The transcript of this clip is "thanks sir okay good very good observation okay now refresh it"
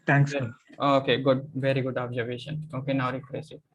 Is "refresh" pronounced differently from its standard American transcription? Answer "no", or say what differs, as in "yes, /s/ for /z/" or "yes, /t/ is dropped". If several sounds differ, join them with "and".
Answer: yes, /s/ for /ʃ/